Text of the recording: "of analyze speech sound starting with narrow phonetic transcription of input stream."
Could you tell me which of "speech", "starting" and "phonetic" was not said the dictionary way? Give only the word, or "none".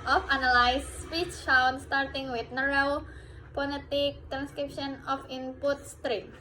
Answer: phonetic